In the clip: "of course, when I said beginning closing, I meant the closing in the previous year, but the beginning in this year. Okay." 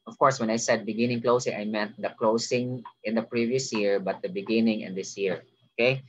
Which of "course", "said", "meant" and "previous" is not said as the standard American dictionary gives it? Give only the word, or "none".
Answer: meant